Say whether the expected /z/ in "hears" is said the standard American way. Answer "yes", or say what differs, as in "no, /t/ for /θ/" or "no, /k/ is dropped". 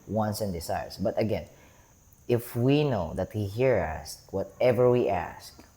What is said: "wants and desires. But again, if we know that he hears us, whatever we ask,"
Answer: no, /z/ is dropped